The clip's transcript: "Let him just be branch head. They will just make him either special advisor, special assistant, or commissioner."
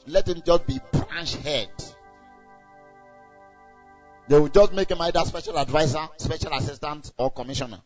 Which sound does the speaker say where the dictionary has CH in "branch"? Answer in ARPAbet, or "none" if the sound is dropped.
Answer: SH